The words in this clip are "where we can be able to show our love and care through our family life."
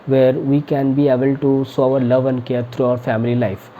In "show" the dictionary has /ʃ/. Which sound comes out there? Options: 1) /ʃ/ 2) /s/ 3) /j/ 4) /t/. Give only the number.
2